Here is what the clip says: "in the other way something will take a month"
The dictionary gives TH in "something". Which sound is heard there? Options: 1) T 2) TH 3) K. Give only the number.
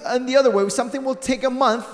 2